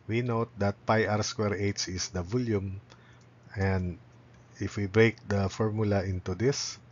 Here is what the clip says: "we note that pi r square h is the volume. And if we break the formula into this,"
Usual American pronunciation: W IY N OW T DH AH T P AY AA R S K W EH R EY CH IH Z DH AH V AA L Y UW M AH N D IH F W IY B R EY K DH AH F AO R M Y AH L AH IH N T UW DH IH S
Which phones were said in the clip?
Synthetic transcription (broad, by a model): W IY N OW T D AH T P AY AA R S K W EH R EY S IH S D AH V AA L Y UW M AH N D IH F W IY B R EY K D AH F AO R M Y AH L AH IH N T UW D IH S